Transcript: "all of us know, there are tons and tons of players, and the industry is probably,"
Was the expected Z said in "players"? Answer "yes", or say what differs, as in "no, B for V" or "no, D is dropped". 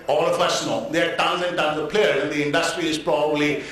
no, Z is dropped